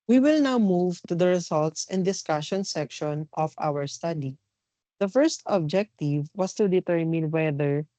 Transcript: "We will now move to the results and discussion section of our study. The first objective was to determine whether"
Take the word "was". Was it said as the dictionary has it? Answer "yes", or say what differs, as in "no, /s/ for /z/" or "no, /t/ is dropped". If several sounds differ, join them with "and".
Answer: no, /s/ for /z/